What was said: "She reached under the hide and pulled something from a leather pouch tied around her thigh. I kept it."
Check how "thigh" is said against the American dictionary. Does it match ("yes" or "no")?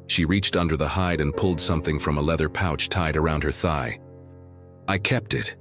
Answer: yes